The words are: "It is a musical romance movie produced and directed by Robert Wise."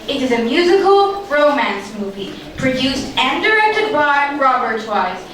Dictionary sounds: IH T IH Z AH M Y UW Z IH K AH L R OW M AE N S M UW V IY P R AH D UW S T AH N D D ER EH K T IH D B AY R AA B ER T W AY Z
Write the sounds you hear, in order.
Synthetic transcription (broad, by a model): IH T IH Z AH M Y UW Z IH K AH L R OW M AE N S M UW V IY P R AH D UW S T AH N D D ER EH K T IH D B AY R AA B ER T W AY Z